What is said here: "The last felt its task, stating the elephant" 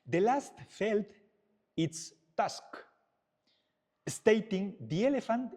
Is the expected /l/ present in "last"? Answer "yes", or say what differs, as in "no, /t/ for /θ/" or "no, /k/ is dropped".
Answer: yes